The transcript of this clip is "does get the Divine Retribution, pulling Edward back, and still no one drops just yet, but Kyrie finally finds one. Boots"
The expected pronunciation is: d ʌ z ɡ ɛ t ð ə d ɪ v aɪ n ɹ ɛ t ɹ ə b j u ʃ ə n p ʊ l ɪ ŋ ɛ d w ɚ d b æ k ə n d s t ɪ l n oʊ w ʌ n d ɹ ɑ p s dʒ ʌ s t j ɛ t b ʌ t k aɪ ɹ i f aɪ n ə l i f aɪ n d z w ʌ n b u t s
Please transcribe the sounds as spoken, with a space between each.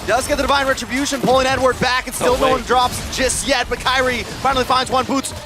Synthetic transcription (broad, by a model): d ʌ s ɡ ɛ t ð ə d ɪ v aɪ n ɹ ɛ t ɹ ə b j u ʃ ə n p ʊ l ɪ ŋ ɛ d w ɚ d b æ k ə n s t ɪ l n oʊ w ʌ n d ɹ ɑ p s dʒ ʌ s t j ɛ t b ʌ t k aɪ ɹ i f aɪ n l i f aɪ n z w ʌ n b u t s